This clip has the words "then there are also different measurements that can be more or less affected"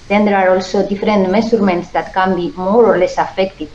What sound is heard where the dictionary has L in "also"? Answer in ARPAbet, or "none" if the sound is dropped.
L